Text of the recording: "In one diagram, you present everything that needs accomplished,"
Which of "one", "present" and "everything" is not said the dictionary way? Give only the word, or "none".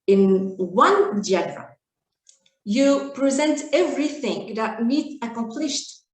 none